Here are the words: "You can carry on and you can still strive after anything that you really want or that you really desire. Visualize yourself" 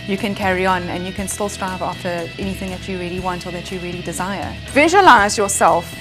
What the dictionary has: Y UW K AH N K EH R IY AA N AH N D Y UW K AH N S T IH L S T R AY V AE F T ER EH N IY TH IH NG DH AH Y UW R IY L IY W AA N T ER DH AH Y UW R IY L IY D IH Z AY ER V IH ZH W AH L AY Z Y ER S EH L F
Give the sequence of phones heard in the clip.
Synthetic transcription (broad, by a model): Y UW K AH N K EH R IY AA N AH N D Y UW K AH N S T IH L S T R AY V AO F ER EH N IY TH IH NG DH AH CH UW R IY L IY W AA N T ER DH AH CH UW R IY L IY D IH Z AY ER V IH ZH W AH L AY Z Y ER S EH L F